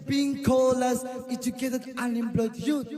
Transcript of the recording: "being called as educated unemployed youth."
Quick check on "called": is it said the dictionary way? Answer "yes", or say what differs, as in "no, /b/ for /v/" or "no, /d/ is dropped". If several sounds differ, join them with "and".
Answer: no, /d/ is dropped